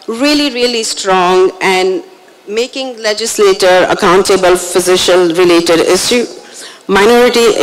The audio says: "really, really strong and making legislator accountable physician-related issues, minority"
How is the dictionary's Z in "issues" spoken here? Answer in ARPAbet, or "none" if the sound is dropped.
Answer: none